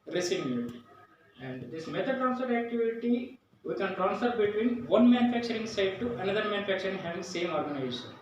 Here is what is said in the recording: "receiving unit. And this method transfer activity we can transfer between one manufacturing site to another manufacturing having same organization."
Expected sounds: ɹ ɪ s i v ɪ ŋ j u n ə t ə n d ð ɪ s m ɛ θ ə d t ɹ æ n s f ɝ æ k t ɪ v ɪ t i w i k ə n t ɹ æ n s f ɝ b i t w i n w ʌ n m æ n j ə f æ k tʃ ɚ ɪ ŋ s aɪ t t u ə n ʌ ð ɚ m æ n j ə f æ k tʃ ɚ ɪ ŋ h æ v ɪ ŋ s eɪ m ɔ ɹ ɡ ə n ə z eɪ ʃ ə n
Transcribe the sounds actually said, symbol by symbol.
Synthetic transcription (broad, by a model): ɹ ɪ s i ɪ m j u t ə ə n d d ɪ s m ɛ t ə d t ɹ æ n s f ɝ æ k t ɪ v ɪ t i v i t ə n t ɹ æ n s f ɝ b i t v i n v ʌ n m æ n j ə f æ k tʃ ɚ ɪ ŋ s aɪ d t u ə n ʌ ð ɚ m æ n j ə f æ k tʃ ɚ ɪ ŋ h æ v ɪ ŋ s eɪ m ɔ ɹ ɡ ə n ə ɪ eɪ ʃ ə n